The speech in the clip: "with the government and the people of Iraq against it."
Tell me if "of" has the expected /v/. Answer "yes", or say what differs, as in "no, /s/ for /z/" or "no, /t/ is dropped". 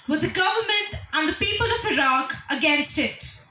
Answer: yes